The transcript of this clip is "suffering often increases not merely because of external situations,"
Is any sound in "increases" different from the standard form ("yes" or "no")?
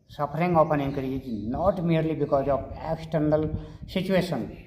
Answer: yes